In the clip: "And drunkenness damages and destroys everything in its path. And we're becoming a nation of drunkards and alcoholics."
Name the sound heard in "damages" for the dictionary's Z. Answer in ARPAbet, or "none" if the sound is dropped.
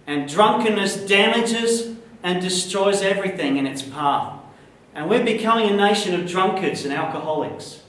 Z